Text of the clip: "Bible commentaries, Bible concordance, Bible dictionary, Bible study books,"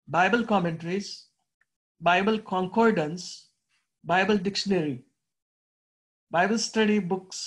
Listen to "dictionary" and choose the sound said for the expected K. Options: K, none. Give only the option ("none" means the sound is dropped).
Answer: K